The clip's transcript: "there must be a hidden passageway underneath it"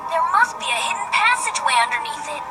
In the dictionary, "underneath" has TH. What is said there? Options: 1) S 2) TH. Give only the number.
1